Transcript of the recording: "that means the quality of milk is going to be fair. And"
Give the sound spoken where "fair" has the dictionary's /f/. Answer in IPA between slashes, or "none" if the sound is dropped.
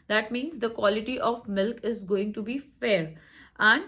/f/